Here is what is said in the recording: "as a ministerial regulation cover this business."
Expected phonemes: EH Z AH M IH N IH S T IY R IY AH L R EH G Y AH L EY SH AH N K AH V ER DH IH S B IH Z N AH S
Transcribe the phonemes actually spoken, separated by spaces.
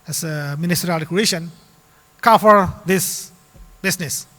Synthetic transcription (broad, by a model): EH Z AH M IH N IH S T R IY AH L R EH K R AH EY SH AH N K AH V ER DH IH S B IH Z N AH S